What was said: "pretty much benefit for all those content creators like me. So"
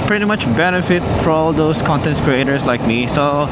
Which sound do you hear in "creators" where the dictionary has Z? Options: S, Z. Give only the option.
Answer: S